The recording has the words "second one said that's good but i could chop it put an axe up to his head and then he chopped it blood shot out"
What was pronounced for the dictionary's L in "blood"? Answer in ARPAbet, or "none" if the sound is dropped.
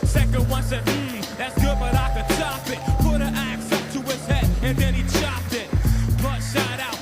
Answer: none